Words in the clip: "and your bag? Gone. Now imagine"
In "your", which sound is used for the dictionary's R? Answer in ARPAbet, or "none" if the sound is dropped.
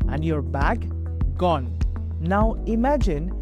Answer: R